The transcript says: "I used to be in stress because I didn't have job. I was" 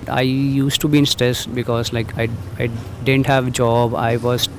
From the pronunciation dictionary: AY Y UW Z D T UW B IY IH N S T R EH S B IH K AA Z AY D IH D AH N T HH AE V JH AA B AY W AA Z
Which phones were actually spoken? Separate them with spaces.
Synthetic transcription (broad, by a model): AY Y UW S T UW B IY IH N S T R EH S B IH K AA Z AY D IH D AH N T HH AE V JH AA B AY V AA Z